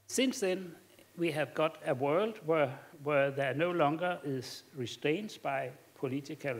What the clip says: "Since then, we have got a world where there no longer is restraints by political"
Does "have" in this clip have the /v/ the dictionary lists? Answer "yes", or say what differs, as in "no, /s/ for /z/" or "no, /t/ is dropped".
yes